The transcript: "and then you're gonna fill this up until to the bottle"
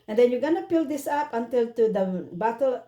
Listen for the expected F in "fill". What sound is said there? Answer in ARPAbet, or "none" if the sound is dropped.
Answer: P